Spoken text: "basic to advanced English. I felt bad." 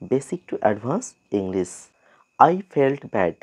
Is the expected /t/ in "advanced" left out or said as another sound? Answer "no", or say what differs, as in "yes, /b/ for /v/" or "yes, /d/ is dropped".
yes, /t/ is dropped